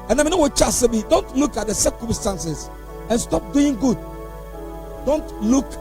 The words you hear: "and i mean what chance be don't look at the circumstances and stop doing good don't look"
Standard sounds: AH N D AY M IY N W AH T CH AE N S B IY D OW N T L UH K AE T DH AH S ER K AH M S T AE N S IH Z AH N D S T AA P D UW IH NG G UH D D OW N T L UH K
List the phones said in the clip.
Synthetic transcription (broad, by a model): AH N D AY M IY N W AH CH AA S B IY D OW N T L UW K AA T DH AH S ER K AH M S T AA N S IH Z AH N S T AA P D UW IH NG G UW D D OW N T L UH K